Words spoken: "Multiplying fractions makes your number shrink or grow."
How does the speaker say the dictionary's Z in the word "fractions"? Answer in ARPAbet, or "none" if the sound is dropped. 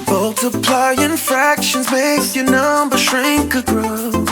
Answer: Z